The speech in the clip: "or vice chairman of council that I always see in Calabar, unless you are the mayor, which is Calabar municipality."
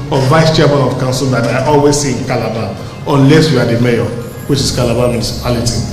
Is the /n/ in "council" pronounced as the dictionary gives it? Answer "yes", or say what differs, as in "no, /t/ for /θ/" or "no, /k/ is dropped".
yes